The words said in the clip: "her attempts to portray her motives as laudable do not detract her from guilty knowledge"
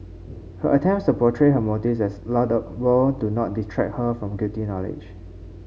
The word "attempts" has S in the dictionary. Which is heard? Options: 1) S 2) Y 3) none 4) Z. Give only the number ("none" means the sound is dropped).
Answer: 1